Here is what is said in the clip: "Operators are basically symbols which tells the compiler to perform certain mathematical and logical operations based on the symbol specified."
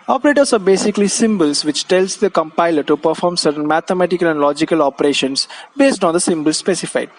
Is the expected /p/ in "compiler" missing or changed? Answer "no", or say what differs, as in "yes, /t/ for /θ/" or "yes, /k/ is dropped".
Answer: no